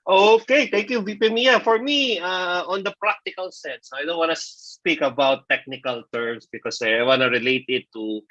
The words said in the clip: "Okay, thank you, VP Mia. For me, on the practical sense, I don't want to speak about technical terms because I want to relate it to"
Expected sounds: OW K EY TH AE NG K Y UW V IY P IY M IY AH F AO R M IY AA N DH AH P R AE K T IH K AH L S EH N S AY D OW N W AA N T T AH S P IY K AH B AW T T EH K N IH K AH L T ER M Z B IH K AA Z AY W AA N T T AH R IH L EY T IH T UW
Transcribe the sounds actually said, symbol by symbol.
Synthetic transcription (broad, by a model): OW K EY T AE NG K Y UW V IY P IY M IY AH F AO R M IY AA N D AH P R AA K T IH K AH L S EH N S AY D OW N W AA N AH S P IY K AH B AW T T EH K N IH K AH L T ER M S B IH K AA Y AY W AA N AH R IH L EY T IH T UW